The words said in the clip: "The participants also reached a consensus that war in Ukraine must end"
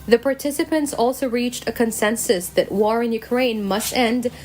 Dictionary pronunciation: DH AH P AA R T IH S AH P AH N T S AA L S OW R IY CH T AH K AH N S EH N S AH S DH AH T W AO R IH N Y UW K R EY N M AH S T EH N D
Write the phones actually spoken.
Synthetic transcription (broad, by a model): DH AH P AA R T IH S AH P AH N T S AA L S OW R IY CH T AH K AH N S EH N S AH S DH AH T W AO R IH N Y UW K R EY N M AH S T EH N D